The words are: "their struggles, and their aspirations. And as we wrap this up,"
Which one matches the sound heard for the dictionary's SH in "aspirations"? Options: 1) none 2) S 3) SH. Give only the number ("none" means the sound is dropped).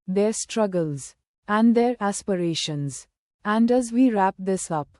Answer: 3